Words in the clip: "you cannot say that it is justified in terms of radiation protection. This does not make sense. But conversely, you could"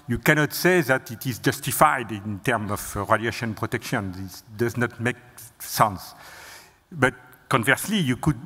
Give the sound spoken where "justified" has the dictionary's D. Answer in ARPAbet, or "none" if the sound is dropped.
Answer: D